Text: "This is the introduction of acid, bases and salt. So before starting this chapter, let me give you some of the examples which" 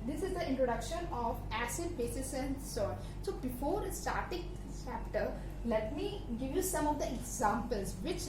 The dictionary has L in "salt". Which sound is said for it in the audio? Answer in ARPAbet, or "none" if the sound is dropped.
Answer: none